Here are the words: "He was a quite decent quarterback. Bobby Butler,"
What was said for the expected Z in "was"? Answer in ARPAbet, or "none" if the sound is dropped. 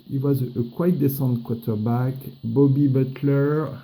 Z